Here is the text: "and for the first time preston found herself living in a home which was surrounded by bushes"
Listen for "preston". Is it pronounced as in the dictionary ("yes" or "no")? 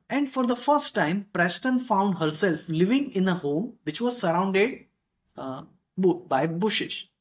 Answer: yes